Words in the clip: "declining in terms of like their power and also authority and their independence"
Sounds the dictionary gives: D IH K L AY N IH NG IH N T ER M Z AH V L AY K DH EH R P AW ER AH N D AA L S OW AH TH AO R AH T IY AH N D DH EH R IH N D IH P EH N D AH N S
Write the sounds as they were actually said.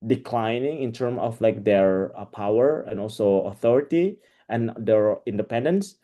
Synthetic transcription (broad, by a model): D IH K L AY N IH NG IH N T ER M AH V L AY K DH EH R P AW ER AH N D AA L S OW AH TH AO R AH T IY AH N D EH R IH N D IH P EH N D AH N S